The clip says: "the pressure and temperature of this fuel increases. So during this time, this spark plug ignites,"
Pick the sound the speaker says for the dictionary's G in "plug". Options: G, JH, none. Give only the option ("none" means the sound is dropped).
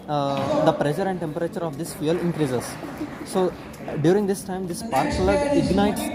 none